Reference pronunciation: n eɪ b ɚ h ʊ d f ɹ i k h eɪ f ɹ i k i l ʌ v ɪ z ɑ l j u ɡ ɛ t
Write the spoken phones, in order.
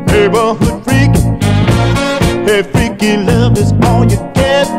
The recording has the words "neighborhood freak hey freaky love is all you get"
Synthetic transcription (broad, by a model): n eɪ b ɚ h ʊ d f ɹ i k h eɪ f ɹ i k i l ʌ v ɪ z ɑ n j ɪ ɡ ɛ